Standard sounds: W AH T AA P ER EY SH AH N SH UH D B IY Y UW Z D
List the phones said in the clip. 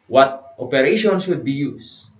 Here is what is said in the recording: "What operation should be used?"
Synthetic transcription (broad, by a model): W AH T AA P ER EY SH AH N S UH D B IY Y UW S